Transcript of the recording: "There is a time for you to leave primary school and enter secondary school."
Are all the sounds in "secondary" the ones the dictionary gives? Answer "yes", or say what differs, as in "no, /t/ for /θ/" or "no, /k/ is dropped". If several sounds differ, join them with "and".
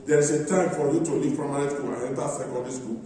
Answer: no, /n/ is dropped